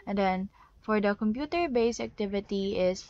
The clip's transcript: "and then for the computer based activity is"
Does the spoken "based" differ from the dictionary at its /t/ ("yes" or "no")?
yes